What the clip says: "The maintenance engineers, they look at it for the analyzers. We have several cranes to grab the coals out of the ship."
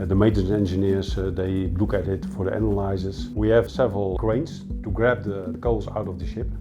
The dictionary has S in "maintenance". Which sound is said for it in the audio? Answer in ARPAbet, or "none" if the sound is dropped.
none